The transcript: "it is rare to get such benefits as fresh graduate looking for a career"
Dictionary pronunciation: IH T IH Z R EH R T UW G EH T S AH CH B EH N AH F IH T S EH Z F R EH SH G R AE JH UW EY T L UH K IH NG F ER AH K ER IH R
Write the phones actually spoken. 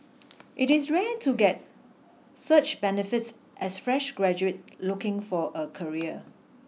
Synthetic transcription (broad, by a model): IH T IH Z R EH T UW G EH T S AH CH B EH N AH F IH T S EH S F R EH SH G R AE JH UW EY T L UH K IH NG F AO AH K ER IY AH